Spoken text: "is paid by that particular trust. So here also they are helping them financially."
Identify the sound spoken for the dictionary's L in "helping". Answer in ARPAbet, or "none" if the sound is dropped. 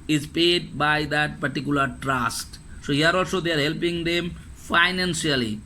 L